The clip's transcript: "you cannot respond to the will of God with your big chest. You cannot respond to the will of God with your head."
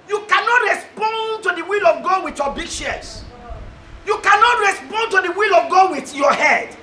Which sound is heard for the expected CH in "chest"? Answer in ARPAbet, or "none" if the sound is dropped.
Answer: SH